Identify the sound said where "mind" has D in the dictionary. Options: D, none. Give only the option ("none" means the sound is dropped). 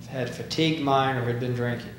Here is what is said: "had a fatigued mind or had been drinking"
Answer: none